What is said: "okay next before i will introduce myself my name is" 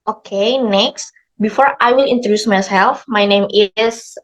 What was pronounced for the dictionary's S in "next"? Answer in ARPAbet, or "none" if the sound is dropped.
S